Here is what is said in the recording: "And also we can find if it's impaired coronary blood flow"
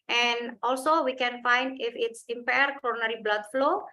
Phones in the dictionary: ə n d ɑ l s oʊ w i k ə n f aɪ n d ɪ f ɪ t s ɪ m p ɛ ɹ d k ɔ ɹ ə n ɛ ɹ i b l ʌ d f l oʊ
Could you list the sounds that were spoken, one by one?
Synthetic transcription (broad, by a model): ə n d ɑ l s oʊ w i k ə n f aɪ n d ɪ f ɪ t s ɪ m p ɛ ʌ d k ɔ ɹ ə n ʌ ɹ i b l ʌ d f l oʊ